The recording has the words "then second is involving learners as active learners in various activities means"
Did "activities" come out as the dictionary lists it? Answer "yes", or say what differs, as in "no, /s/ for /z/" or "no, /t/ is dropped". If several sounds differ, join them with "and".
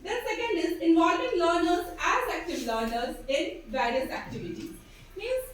no, /z/ is dropped